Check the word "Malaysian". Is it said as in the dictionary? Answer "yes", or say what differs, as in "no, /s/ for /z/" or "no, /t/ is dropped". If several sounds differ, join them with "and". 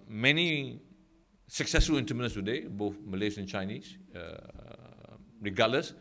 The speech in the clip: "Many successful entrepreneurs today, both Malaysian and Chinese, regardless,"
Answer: no, /n/ is dropped